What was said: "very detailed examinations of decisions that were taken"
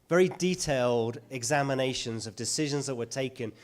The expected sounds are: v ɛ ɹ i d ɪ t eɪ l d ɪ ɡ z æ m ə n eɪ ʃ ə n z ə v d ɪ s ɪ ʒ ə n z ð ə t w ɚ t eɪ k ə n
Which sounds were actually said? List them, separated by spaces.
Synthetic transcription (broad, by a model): v ɛ ɹ i d ɪ t eɪ l d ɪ ɡ z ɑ m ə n eɪ ʃ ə n z ə v d ɪ s ɪ ʒ ə n z ð ə t w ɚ t eɪ k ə n